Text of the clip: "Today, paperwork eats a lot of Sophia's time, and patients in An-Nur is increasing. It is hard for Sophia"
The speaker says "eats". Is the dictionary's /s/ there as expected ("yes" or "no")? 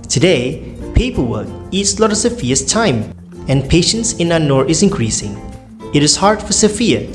yes